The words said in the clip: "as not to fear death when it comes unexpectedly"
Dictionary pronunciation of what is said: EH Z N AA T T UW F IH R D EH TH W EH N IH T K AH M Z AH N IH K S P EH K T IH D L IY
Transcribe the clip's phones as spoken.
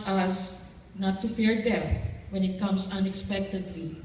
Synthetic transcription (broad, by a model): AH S N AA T T UW F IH R D EH TH W EH N IH T K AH M S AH N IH K S P EH K T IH D L IY